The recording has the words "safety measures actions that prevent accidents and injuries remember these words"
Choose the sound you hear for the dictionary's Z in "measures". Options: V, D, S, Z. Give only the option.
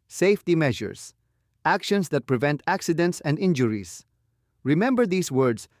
S